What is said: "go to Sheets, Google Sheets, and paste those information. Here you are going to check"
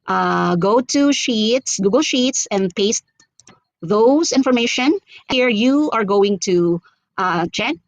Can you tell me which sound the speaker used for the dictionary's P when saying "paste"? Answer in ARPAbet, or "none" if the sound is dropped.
P